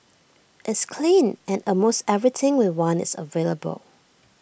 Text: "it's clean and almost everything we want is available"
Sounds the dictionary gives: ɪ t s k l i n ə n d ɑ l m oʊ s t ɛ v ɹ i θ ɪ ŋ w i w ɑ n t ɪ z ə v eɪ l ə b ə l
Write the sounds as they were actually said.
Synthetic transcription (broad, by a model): ɪ t s k l i n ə n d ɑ m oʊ s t ɛ v ɹ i t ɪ ŋ w i w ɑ n ɪ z ə v eɪ l ə b ə l